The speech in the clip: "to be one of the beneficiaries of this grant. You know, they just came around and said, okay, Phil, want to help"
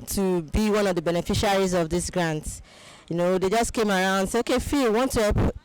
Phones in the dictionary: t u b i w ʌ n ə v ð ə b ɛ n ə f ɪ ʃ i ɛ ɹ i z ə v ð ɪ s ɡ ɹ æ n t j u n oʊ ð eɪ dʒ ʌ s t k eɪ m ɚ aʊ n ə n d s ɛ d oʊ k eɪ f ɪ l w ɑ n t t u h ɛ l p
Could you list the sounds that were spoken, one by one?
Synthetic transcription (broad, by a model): t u b i w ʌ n ə v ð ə b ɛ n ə f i ʃ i ɹ i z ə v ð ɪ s ɡ ɹ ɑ n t j u n oʊ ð eɪ dʒ ʌ s t k eɪ m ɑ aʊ ə n d s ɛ oʊ k eɪ f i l w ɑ n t t u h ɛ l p